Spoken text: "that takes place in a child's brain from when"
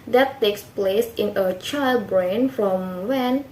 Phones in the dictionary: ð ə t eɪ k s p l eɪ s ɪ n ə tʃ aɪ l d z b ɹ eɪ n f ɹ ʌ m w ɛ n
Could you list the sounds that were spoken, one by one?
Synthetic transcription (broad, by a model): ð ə t eɪ k s p l eɪ s ɪ n ə tʃ aɪ l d b ɹ eɪ n f ɹ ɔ m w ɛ n